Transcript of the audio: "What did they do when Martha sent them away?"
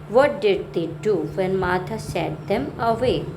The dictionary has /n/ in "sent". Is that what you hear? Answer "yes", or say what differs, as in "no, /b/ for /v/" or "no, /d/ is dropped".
no, /n/ is dropped